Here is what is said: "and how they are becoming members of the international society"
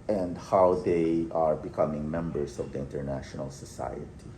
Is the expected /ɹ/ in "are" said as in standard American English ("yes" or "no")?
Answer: yes